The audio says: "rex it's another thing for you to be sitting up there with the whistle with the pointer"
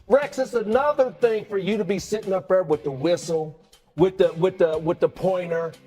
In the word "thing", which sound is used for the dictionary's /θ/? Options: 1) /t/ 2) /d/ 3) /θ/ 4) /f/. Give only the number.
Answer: 3